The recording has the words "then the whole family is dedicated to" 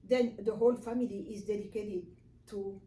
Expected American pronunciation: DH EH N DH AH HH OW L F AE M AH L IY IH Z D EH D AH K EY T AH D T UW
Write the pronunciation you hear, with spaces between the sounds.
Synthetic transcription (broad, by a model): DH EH N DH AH HH OW L F AE M AH L IY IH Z D EH D AH K EY T AH D T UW